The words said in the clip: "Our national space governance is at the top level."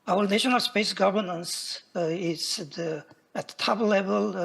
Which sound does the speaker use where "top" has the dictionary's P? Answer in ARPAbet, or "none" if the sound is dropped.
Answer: B